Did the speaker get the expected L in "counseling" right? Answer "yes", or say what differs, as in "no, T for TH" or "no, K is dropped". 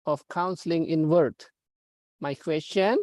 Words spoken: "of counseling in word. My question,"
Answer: yes